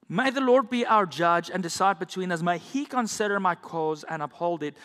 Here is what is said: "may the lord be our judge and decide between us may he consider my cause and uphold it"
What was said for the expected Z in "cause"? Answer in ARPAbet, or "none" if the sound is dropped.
Z